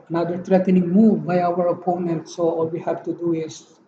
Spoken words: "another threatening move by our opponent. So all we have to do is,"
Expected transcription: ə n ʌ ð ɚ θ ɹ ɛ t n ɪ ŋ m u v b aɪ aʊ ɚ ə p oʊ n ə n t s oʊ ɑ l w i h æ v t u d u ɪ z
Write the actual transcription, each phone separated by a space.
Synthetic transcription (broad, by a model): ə n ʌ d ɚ t ɹ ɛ t n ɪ ŋ m u v b aɪ aʊ ɚ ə p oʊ n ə n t s oʊ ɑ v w i h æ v t u d u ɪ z